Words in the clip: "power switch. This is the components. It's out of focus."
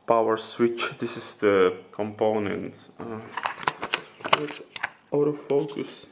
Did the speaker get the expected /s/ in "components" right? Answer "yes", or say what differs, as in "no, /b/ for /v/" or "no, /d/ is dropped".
no, /s/ is dropped